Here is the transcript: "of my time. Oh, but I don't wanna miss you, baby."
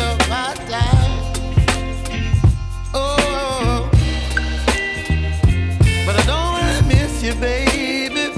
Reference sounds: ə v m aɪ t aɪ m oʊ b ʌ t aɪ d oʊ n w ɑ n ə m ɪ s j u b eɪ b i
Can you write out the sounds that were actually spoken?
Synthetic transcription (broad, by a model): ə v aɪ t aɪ oʊ b ʌ t aɪ d oʊ n w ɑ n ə m ɪ s j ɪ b eɪ b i